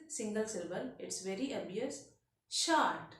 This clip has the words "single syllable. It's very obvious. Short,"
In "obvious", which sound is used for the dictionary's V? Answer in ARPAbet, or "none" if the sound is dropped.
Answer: none